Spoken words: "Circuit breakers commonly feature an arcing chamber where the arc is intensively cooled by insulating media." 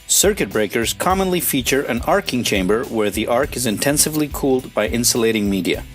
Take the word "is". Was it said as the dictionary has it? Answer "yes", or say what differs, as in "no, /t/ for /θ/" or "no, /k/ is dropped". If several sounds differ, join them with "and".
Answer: yes